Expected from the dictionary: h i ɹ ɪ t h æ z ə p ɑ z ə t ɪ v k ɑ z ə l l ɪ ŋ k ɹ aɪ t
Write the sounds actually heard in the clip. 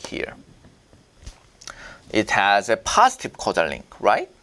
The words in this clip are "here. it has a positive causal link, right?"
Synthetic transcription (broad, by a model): h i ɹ ɪ t h æ z ə p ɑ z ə t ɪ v k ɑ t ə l l ɪ ŋ k ɹ aɪ t